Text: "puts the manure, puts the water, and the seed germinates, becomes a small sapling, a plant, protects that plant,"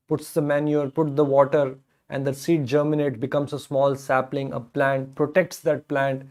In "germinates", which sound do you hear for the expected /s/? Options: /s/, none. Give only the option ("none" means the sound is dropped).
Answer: none